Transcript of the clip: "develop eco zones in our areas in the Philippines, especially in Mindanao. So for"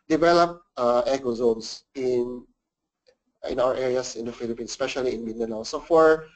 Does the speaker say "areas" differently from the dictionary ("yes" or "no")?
yes